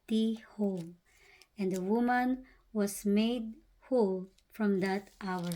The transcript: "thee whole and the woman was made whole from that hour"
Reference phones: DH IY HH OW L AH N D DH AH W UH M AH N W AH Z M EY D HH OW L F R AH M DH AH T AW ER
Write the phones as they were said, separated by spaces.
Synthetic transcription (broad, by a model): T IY HH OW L AH N D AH W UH M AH N W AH S M EY D HH OW L F R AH M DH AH T AW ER